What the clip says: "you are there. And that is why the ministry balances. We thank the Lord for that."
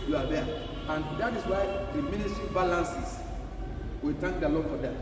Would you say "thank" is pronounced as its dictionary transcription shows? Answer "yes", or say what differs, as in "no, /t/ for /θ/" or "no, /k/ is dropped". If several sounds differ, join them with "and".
no, /t/ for /θ/